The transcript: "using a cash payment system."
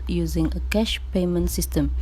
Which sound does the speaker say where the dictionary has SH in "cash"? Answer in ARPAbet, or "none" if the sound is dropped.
SH